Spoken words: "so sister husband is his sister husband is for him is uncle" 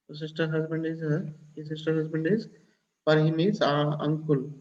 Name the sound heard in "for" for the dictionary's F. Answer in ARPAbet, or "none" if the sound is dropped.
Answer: P